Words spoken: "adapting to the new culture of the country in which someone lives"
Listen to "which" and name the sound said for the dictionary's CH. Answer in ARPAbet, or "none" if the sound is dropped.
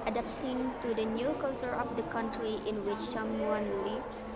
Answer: CH